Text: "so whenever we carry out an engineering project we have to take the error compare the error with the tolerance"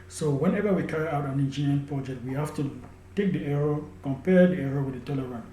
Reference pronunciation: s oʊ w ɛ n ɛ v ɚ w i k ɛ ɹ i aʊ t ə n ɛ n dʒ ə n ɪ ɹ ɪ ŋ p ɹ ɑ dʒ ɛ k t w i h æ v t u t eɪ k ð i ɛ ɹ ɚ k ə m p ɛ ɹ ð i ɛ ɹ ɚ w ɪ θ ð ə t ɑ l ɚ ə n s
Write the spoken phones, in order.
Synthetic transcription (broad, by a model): s oʊ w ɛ n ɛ v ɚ w i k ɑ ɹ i aʊ t ə n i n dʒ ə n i ɪ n p ɹ ɑ dʒ ɛ k t w i h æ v t u t eɪ k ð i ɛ ɹ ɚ k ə m p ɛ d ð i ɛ ɹ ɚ w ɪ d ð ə t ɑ l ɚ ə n